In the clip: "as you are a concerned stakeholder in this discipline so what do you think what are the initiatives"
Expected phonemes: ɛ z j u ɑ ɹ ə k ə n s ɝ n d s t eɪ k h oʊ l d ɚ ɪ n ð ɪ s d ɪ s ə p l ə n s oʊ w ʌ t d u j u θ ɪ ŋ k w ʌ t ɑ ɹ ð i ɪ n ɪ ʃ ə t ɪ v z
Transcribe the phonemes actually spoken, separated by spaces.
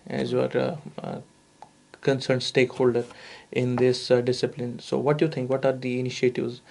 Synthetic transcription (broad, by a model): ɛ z j u ɑ ɹ k ə n s ɝ n d s t eɪ k h oʊ l d ɚ ɪ n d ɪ s d ɪ s ə p l ə n s oʊ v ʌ t j u t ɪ ŋ k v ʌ t ɑ ɹ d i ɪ n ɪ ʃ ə t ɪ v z